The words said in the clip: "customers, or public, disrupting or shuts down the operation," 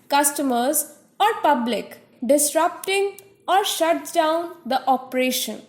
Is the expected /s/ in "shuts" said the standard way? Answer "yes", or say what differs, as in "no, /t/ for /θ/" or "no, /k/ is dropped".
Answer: no, /s/ is dropped